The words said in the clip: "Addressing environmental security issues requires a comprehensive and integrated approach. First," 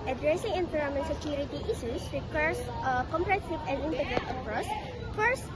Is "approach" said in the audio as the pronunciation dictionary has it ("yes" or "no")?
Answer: no